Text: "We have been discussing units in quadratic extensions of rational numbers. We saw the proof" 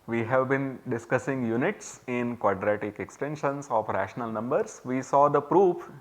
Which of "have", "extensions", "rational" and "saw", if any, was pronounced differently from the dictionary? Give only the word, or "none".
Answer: extensions